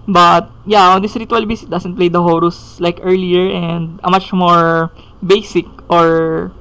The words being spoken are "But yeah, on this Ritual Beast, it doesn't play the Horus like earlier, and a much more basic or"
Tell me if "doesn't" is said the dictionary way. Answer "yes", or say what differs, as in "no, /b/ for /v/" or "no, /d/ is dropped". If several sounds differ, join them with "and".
no, /s/ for /z/